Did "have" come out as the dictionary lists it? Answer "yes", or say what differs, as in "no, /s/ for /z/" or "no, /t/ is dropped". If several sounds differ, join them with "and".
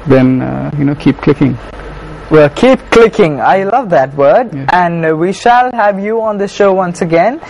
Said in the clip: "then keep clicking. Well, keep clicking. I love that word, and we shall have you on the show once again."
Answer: yes